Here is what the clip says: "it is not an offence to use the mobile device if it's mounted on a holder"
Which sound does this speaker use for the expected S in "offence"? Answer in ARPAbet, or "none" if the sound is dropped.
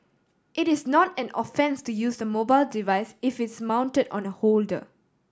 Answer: S